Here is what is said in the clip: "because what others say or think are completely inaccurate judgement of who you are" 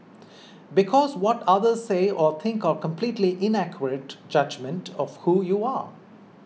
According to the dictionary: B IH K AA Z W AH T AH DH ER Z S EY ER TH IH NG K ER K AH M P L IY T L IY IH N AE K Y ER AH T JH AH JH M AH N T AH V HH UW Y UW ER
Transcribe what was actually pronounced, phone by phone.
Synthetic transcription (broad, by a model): B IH K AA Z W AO T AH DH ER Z S EY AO T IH NG K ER K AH M P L IY T L IY IH N AE K Y ER AH T JH AH JH M AH N T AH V HH UW Y UW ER